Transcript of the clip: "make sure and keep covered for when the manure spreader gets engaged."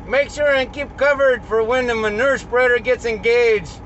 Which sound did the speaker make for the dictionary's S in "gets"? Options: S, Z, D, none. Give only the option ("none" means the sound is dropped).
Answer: S